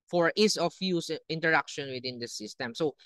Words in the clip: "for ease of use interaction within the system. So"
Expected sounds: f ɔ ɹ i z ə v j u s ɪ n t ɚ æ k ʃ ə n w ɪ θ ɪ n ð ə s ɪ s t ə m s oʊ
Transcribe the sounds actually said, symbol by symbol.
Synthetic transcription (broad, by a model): f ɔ ɹ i s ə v j u s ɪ n t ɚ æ k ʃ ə n w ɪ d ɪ n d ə s ɪ s t ə m s oʊ